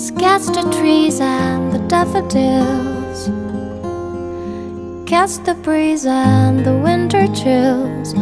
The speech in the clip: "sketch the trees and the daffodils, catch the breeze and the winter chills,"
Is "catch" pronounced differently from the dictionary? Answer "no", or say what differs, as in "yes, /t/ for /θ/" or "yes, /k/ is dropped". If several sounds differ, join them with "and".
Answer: yes, /s/ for /tʃ/